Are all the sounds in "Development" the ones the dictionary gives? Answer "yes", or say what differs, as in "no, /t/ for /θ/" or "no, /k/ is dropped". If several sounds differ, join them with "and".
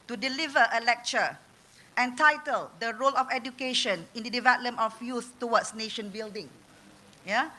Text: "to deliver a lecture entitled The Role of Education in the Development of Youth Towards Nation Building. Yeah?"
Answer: no, /p/ is dropped